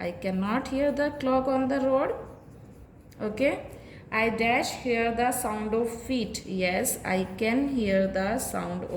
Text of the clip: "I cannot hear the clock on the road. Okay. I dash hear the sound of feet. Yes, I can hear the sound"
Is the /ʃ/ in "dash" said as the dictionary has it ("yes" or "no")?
yes